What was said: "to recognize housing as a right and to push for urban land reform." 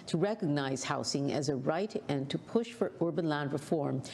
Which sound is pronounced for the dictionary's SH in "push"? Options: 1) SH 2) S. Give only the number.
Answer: 1